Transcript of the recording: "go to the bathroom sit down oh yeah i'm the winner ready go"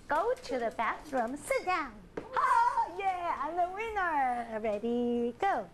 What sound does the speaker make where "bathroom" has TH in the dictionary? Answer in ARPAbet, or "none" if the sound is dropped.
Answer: T